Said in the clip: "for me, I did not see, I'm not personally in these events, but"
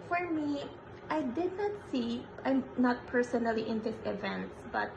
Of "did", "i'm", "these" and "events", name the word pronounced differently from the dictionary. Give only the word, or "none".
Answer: these